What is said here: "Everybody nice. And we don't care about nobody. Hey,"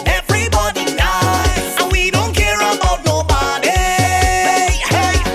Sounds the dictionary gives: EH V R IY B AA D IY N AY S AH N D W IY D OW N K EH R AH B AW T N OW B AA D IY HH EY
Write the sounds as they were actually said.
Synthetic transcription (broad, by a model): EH V R IY B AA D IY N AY AH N W IY D OW N K EH R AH AW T N OW B AA D IY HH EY